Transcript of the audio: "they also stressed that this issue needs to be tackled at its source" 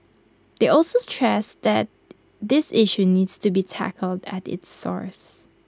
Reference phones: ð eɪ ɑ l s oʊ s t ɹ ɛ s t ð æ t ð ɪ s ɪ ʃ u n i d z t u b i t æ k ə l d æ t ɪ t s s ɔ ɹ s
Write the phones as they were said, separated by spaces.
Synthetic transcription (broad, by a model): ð eɪ ɑ l s oʊ s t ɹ ɛ s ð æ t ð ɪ s ɪ ʃ u n i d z t u b i t æ k ə l d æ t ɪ t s s ɔ ɹ s